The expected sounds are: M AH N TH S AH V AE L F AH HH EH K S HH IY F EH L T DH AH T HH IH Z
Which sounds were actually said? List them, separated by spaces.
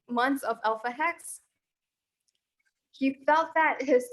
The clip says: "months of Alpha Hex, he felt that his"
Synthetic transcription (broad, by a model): M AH N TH S AH V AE L F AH HH EH K S HH IY F EH L T DH AH T HH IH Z